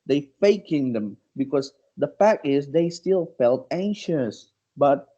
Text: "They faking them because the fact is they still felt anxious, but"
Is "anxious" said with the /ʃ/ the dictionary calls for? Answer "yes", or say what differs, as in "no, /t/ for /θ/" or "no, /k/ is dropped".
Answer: yes